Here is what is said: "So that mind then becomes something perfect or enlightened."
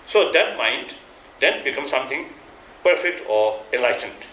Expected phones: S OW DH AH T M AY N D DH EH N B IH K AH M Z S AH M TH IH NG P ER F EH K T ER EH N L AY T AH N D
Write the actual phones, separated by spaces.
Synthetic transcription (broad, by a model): S OW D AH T M AY N D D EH N B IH K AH M S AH M T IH NG P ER F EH K T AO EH N L AY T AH N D